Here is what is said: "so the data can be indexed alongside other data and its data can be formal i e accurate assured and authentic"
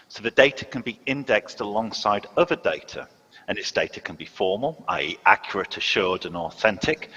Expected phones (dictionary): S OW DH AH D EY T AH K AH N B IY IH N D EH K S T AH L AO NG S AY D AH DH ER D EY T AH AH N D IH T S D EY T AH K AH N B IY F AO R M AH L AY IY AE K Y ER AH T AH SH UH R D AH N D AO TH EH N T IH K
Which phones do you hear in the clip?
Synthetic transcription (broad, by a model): S OW DH AH D EY T AH K AH N B IY IH N D EH K S T AH L AO NG S AY D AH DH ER D EY T AH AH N IH T S D EY T AH K AH N B IY F AO M AH L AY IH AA K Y ER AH T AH SH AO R D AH N AO TH EH N T IH K